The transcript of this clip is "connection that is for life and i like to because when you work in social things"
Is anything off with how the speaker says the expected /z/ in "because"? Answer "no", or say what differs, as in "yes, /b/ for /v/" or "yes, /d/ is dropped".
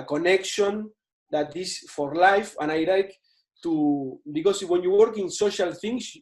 yes, /s/ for /z/